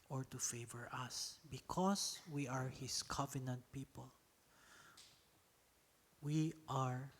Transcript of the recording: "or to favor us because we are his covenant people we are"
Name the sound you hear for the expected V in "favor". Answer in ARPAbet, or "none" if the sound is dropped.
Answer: V